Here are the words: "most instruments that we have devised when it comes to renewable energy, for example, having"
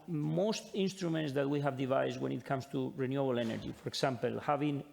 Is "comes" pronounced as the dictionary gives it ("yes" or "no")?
no